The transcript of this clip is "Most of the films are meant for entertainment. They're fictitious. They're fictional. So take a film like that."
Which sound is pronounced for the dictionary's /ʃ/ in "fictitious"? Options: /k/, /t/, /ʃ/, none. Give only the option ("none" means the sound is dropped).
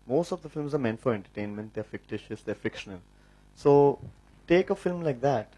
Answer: /ʃ/